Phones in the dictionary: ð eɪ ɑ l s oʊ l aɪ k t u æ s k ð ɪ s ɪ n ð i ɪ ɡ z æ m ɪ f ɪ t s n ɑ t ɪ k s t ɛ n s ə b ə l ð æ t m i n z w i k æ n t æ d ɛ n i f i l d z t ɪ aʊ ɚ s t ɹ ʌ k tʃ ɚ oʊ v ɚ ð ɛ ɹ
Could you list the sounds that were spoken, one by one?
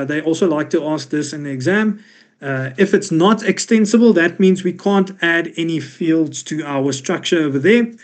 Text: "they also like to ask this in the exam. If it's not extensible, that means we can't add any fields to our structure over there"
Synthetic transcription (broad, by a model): ð eɪ ɑ l s oʊ l aɪ k t u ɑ s k ð ɪ s ɪ n ð i ɪ ɡ z æ m ɪ f ɪ t s n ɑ t ɪ k s t ɛ n s ə b ə l ð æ t m i n z w i k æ n t æ d ɛ n i f i l d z t ɪ aʊ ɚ s t ɹ ʌ k tʃ ɚ oʊ v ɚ ð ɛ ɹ